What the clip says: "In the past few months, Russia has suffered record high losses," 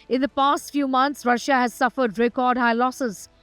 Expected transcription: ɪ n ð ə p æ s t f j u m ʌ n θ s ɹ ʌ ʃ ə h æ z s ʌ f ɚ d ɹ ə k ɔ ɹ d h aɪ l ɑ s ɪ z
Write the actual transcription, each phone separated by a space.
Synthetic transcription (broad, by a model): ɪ n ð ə p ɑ s t f j u m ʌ n t s ɹ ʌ ʃ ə h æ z s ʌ f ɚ d ɹ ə k ɔ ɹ d h aɪ l ɑ s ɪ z